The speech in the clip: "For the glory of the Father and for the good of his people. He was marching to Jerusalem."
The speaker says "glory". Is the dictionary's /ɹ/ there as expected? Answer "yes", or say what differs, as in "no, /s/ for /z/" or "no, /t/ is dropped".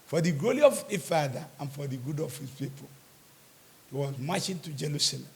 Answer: no, /l/ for /ɹ/